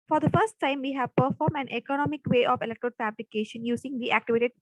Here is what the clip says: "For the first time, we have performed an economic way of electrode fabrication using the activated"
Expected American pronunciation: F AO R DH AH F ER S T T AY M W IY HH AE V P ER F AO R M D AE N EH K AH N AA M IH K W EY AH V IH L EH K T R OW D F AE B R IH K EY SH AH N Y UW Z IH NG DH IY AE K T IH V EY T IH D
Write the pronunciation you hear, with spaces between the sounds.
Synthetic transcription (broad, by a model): F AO R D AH F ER S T T AY M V IY HH AE V P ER F AO R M AE N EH K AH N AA M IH K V EY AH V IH L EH K T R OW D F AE B L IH K EY SH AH N Y UW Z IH NG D IY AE K T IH V EY T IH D